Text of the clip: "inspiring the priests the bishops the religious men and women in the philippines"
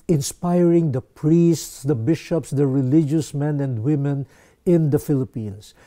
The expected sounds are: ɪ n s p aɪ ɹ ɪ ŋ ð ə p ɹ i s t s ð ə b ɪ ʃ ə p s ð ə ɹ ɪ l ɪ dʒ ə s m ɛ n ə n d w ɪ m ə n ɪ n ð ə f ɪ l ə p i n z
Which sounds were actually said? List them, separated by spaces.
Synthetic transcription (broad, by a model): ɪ n s p aɪ ɹ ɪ ŋ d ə p ɹ i s t s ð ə b ɪ ʃ ə p s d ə ɹ ɪ l ɪ dʒ ə s m ɛ n ə n d w ɪ m ə n ɪ n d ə f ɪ l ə p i n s